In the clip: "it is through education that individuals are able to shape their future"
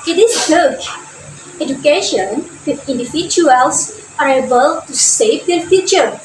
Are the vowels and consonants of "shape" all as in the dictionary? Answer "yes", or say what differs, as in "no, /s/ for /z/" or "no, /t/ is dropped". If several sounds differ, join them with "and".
no, /s/ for /ʃ/